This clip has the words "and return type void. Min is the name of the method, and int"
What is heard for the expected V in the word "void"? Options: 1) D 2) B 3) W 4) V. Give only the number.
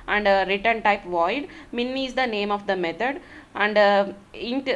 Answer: 4